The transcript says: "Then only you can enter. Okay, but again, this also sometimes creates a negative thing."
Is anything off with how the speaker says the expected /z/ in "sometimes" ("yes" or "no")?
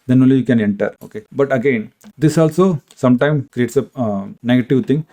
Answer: yes